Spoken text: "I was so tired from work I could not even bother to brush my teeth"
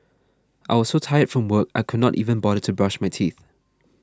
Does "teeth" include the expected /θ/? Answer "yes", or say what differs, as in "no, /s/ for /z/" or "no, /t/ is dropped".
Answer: yes